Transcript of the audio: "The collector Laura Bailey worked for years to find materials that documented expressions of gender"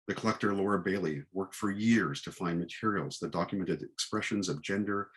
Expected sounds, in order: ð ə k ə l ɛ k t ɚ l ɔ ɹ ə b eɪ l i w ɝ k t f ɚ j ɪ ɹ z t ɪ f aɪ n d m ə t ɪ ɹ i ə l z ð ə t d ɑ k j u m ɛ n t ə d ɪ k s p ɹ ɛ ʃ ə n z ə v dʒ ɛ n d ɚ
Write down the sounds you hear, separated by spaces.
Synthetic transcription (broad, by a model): ð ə k ə l ɛ k t ɚ l ɔ ɹ ə b eɪ l i w ɝ k t f ɚ j ɪ ɹ z t ɪ f aɪ n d m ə t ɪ ɹ i l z ð ə t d ɑ k j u m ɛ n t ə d ɪ k s p ɹ ɛ ʃ ə n z ə v dʒ ɛ n d ɚ